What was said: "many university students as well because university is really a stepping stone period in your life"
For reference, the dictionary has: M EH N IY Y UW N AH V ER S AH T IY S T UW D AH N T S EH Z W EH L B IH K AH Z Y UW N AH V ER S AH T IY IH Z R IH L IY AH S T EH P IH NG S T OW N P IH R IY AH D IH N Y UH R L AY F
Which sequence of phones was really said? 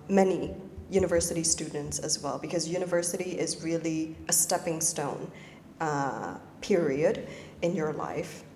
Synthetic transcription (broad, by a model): M EH N IY Y UW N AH V ER S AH T IY S T UW D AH N T S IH Z W EH L B IH K AH Z Y UW N AH V ER S AH T IY IH Z R IH L IY AH S T EH P IH NG S T OW N P IH R IY AH D IH N Y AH R L AY F